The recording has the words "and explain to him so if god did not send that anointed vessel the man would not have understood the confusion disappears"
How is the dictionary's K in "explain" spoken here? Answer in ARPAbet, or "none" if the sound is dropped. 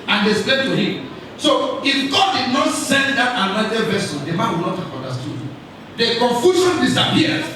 none